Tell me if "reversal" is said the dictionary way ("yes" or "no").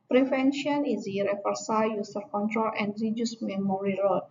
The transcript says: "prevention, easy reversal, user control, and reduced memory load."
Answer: no